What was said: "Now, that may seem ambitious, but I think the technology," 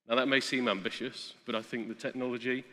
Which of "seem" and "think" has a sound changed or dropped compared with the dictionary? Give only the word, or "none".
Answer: none